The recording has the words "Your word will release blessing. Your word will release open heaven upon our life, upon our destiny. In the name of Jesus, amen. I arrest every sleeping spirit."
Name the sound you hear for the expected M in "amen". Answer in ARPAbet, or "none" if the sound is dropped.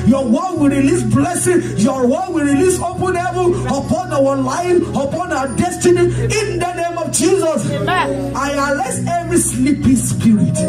none